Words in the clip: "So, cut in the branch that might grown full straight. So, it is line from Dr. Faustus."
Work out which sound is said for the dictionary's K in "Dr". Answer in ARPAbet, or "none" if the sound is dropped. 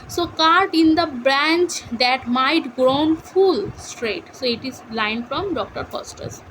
K